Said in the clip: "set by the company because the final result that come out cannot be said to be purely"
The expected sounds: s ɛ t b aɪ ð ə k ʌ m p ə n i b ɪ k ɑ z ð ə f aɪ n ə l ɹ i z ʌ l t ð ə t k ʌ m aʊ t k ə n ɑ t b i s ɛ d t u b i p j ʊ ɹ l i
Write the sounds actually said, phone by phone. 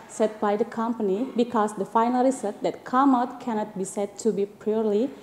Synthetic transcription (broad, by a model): s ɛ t b aɪ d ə k ʌ m p ə n i b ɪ k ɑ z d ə f aɪ n ə l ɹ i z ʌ t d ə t k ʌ m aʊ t k ə n ɑ t b i s ɛ d t u b i p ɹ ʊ ɹ l i